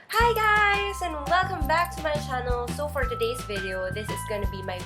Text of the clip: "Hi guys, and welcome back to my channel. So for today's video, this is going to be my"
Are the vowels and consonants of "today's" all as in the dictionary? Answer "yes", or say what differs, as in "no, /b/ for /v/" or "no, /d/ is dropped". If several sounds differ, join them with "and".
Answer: yes